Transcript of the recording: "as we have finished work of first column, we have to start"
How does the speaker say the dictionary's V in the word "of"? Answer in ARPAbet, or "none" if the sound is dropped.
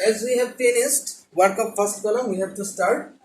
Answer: P